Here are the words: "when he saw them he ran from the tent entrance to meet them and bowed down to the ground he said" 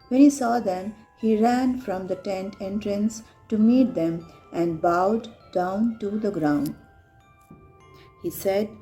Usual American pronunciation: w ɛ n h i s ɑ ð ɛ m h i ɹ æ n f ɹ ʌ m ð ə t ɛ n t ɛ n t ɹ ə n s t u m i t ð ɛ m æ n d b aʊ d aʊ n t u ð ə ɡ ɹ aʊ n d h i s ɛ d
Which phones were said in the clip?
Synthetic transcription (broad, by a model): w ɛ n h i s ɑ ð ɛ m h i ɹ æ n f ɹ ʌ m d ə t ɛ n t ɛ n t ɹ ə n s t u m i t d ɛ m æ n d b aʊ d aʊ n t u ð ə ɡ ɹ aʊ n d h i s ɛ d